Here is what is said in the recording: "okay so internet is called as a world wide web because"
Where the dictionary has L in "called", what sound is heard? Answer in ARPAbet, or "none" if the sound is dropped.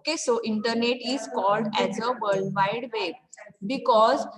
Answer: L